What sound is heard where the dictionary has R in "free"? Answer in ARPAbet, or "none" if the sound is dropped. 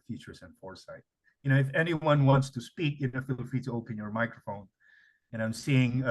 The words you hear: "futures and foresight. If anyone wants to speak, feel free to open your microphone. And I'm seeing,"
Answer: none